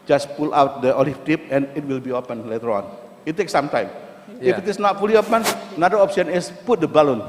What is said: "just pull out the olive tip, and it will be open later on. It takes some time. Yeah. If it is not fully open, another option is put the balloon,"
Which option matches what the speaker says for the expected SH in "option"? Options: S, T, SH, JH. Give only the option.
S